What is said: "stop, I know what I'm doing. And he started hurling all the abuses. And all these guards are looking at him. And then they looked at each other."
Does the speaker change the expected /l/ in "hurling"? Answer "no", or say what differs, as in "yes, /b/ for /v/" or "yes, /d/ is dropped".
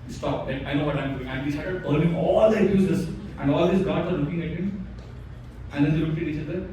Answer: yes, /n/ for /l/